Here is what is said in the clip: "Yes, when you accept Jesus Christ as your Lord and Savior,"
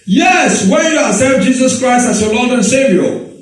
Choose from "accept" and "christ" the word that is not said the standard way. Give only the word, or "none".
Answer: accept